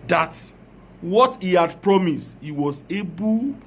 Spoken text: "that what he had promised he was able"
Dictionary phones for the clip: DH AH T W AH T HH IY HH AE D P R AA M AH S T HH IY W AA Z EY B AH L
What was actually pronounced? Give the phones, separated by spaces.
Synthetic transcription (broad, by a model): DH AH T W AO T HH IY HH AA D P R AA M AH S T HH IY W AA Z EY B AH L